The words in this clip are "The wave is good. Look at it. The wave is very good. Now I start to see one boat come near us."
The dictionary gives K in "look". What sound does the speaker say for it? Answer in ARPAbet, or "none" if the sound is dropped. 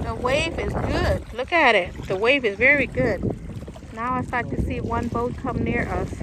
K